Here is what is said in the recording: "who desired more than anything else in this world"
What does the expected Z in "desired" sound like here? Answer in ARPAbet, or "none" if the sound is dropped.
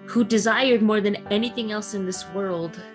Z